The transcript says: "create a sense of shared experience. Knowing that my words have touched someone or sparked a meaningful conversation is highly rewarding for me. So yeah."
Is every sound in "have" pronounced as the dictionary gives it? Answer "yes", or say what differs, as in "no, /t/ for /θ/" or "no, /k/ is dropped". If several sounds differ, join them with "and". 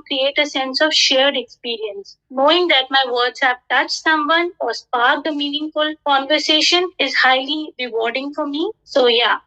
no, /p/ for /v/